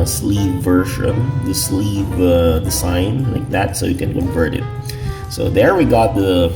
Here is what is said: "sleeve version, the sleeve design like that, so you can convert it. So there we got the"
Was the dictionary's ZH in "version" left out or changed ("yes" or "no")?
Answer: yes